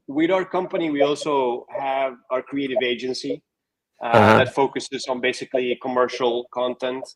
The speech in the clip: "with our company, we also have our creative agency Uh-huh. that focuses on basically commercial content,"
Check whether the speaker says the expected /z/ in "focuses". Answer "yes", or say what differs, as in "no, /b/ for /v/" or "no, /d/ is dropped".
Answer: yes